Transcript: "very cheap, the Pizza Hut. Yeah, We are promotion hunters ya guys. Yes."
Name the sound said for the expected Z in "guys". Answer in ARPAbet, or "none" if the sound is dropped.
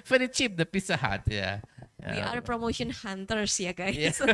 none